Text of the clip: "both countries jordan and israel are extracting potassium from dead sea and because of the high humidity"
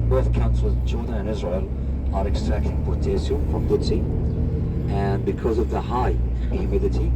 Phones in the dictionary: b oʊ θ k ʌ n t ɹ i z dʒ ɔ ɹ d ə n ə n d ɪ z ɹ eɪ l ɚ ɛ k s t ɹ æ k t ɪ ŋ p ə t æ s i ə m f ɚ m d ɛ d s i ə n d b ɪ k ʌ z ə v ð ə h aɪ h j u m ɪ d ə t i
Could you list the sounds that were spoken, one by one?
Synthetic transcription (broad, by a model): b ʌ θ k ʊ n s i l dʒ ɔ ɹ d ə n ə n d ɪ z ɹ eɪ l ɚ ɛ k s t ɹ æ k t ɪ ŋ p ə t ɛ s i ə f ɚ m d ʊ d s i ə n b ɪ k ʌ z ə v ð ə h aɪ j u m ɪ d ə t i